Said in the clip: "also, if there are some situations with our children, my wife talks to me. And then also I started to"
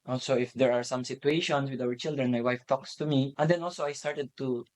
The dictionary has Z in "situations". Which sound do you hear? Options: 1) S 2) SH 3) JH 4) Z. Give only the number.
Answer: 1